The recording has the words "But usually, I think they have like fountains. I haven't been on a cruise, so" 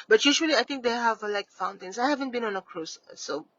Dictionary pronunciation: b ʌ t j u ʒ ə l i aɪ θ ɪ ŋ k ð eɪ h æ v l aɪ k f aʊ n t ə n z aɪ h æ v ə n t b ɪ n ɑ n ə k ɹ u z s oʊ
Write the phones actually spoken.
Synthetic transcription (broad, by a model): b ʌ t j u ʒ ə l i aɪ t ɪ ŋ k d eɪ h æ v l aɪ k f aʊ n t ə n s aɪ h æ v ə n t b ɪ n ɑ n ə k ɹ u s s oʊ